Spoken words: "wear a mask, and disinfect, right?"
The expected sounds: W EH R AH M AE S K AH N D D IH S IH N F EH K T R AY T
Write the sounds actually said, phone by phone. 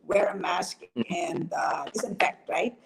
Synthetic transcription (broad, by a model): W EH R AH M AE S K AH N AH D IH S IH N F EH K T R AY T